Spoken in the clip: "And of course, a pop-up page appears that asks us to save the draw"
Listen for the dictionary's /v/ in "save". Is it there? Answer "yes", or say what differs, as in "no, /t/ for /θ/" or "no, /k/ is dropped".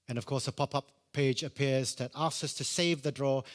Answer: yes